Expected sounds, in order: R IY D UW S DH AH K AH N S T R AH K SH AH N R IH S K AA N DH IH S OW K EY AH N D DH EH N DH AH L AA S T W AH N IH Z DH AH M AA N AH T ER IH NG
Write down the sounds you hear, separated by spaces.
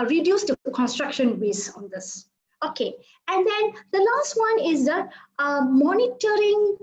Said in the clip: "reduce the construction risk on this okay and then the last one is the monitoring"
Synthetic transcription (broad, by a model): R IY D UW S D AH K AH N S T R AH K SH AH N W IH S AA N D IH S OW K EY AH N D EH N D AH L AA S T W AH N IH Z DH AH M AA N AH T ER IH NG